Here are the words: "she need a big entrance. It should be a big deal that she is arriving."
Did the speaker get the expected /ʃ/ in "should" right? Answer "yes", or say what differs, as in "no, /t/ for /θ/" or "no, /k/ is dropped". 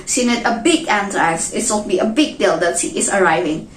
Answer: no, /s/ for /ʃ/